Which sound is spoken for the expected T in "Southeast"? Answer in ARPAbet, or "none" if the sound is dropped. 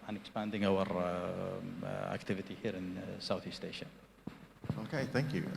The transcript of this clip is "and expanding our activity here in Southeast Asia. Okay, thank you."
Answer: T